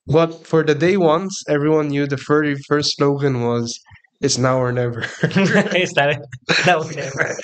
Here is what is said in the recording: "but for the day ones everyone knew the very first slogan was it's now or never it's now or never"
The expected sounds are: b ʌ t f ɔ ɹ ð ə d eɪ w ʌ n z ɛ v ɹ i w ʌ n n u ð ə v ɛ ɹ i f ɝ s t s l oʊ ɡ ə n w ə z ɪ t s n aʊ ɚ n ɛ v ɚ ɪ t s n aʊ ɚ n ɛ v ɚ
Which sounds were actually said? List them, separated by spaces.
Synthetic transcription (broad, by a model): b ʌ t f ɔ ɹ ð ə d eɪ w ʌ n s ɛ v ɹ i w ʌ n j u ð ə f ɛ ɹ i f ɝ s t s l oʊ ɡ ə n w ə z ɪ t s n aʊ ɚ n ɛ v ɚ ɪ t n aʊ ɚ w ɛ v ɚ